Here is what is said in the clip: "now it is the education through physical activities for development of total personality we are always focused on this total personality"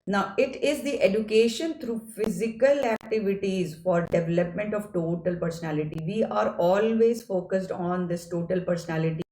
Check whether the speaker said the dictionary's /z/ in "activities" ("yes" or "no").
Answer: yes